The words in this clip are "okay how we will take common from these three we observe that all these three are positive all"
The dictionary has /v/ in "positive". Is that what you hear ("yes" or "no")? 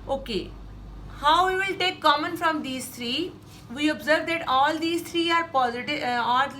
no